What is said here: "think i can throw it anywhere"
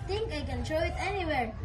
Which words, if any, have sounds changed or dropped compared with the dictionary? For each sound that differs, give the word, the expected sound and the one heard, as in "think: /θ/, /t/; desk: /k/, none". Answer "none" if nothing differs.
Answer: throw: /θ/, /t/